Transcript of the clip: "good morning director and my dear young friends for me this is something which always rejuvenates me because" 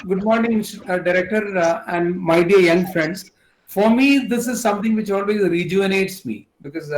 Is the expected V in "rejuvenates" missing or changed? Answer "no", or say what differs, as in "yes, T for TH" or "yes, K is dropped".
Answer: yes, V is dropped